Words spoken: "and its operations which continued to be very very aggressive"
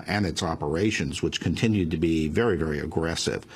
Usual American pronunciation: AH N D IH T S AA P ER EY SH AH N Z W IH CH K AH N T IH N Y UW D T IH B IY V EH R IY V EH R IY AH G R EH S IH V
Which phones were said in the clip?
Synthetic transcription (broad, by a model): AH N IH T S AA P ER EY SH AH N Z W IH CH K AH N T IH N Y UW D T IH B IY V EH R IY V EH R IY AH G R EH S IH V